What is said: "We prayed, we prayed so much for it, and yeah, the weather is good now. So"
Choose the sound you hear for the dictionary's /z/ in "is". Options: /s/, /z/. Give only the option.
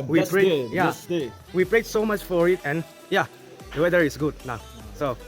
/s/